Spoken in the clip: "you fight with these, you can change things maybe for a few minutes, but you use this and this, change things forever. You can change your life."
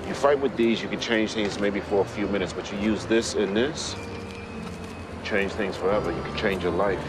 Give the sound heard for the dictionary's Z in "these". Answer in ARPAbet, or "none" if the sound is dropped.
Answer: Z